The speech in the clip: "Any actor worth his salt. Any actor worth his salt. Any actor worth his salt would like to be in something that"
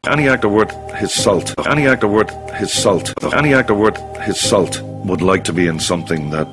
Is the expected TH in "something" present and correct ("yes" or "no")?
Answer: yes